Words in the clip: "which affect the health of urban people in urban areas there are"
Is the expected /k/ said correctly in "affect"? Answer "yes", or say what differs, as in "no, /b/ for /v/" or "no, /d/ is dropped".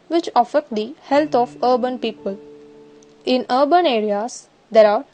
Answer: no, /k/ is dropped